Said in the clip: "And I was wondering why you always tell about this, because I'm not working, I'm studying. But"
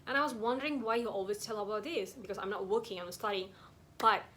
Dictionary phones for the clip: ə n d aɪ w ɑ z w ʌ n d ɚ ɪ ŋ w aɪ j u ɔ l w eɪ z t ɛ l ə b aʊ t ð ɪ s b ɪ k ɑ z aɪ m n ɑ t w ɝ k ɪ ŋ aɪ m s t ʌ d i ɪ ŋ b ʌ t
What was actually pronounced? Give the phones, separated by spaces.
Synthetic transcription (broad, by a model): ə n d aɪ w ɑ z w ʌ n d ɚ ɪ ŋ w aɪ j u ɔ l w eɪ s t ɛ l ə b aʊ t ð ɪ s b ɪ k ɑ s aɪ m n ɑ t w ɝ k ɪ ŋ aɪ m s t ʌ d i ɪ ŋ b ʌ t